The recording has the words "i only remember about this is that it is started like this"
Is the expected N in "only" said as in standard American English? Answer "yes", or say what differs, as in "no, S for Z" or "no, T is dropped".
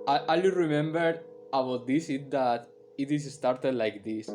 no, N is dropped